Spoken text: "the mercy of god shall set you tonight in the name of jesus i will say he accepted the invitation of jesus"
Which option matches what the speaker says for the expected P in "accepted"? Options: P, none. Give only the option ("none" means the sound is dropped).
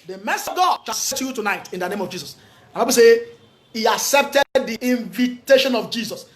P